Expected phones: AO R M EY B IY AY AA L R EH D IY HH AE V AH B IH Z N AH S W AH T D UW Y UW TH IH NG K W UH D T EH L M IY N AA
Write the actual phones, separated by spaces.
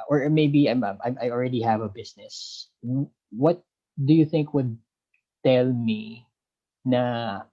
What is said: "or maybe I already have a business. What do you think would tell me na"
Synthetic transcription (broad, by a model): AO R M EY B IY AY AA L R EH D IY HH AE V AH B IH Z N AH S W AH T D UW Y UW TH IH NG K W UH D T EH L M IY N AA